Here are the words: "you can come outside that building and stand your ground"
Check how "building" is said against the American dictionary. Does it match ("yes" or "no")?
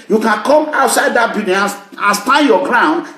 no